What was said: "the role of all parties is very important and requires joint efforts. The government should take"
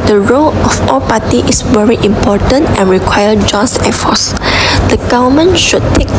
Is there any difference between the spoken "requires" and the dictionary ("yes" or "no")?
yes